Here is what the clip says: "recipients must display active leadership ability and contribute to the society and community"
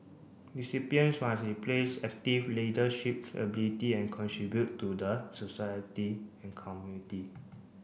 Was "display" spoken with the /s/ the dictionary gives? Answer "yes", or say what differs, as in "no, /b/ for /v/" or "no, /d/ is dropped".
no, /s/ is dropped